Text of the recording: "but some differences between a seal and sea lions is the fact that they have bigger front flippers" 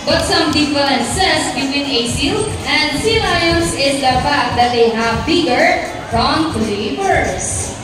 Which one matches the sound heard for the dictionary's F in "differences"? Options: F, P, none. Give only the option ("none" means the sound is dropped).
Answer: P